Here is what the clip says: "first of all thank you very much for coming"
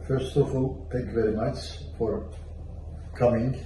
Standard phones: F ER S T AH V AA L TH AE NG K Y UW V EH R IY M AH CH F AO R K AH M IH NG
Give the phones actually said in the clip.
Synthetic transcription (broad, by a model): F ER S T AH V AA L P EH K V EH R IY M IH S F AO R K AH M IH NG